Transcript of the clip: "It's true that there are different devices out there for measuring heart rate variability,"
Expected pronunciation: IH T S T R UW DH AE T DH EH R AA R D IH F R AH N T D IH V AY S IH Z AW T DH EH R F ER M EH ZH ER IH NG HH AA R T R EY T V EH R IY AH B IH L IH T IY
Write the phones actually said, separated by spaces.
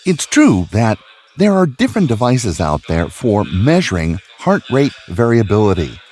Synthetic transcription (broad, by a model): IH T S T R UW DH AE T DH EH R AA R D IH F R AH N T D IH V AY S IH Z AW T DH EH R F ER M EH ZH ER IH NG HH AA R T R EY T V EH R IY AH B IH L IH T IY